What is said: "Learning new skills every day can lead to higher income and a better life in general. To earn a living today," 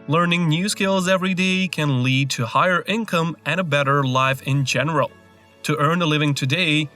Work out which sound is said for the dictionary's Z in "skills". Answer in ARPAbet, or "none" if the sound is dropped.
Z